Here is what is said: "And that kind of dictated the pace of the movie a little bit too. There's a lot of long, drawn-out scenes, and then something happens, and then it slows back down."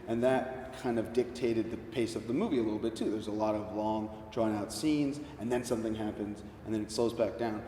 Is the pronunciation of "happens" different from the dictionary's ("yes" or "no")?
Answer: no